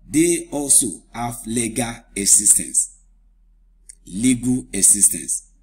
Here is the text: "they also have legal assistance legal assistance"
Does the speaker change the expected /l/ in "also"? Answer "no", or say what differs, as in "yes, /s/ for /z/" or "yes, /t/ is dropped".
no